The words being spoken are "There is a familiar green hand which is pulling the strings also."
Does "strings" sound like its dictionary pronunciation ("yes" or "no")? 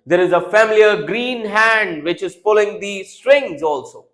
yes